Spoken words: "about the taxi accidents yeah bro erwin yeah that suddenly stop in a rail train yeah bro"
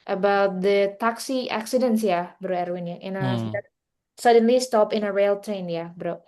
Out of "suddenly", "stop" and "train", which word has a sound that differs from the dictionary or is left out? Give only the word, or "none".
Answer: none